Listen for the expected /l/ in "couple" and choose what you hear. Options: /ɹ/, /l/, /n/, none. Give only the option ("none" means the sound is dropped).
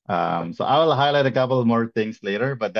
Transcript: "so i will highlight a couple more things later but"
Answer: /l/